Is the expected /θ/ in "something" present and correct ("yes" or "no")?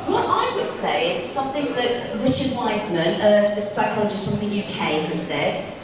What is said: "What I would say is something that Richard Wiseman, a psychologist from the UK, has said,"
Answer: yes